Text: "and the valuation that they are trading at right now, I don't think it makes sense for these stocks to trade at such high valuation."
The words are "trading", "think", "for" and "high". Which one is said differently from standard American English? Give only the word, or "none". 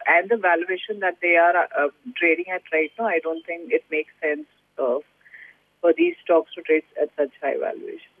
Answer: think